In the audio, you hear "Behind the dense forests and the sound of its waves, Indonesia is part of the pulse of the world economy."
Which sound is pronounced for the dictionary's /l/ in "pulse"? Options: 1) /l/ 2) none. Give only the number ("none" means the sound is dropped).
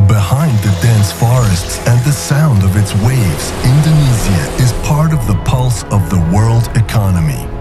1